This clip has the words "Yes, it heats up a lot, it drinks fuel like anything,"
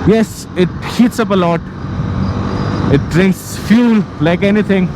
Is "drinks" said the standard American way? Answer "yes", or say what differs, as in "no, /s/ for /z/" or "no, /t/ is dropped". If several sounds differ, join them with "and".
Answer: yes